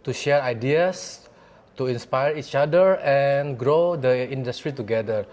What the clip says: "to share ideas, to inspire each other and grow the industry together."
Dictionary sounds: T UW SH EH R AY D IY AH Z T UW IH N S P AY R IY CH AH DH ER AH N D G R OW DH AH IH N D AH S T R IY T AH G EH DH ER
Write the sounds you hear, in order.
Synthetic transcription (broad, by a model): T UW SH EH R AY D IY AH S T UW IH N S P AY R IY CH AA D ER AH N G R OW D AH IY N D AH S T R IY T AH G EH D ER